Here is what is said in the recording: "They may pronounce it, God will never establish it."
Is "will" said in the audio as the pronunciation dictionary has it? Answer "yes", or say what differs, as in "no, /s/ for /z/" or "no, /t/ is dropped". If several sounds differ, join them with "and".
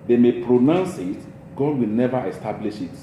yes